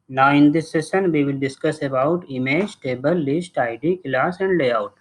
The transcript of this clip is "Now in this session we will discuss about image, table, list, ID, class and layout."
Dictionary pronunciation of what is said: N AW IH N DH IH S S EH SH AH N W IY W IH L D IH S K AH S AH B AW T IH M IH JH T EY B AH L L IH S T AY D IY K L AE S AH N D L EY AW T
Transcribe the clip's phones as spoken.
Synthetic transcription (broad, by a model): N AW IH N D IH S S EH S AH N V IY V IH L D IH S K AH S AH B AW T IH M IH JH T EY B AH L L IH S T AY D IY K L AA S AH N D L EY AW T